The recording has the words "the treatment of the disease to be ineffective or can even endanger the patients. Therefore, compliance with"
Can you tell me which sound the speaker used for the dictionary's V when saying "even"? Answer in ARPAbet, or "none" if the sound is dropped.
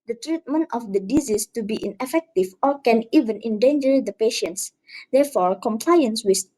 V